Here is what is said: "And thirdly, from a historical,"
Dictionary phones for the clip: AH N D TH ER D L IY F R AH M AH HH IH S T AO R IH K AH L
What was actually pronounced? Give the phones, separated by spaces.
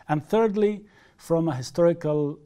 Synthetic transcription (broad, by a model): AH N TH ER D L IY F R AH M AH HH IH S T AO R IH K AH L